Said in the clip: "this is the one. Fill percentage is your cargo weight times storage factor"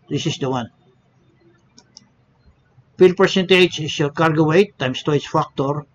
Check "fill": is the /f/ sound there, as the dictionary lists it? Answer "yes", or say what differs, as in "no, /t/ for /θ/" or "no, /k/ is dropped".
no, /p/ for /f/